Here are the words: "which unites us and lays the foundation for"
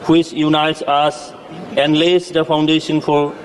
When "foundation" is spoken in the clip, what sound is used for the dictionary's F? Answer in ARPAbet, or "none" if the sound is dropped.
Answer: P